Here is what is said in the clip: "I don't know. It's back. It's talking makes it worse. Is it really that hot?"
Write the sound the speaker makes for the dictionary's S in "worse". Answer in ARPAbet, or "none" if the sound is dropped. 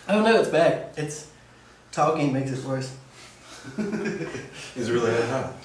S